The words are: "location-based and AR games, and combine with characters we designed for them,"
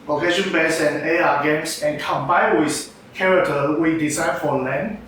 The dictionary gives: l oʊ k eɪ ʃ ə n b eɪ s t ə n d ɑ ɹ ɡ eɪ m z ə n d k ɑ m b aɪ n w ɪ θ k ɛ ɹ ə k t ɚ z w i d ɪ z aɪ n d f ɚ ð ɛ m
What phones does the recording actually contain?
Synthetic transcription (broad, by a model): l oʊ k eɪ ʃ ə n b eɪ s ə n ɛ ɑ ɡ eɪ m s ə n k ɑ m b aɪ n w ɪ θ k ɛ ɹ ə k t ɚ w i d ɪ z aɪ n f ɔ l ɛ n